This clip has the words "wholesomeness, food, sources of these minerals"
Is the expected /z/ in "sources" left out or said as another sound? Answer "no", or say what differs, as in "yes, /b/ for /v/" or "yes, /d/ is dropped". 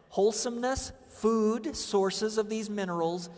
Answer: no